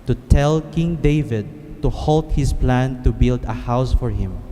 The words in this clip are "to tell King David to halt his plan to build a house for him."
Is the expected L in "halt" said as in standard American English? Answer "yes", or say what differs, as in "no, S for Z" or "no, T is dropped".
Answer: yes